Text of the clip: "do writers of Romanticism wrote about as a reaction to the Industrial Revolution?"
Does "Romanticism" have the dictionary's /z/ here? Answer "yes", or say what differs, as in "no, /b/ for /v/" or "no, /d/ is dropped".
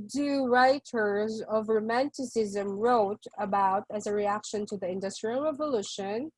yes